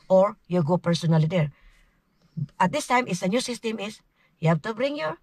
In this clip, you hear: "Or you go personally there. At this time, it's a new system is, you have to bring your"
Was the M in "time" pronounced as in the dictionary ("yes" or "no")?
yes